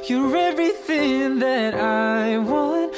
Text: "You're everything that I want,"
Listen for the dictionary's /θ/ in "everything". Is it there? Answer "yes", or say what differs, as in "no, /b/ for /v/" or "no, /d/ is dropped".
yes